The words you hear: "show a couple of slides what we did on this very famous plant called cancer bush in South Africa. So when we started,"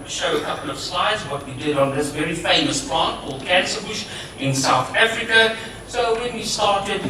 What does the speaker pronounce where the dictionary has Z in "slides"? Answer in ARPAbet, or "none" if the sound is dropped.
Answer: Z